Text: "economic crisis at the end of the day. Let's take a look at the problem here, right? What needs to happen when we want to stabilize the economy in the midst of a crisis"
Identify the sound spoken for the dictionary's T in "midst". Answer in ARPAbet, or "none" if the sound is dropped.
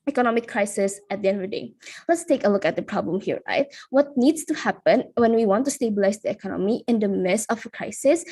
none